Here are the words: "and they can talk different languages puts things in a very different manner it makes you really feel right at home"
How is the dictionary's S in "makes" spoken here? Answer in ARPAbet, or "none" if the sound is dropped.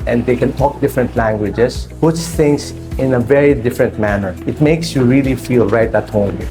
S